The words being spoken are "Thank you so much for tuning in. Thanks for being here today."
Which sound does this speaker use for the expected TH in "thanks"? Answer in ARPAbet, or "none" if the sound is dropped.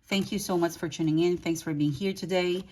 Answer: TH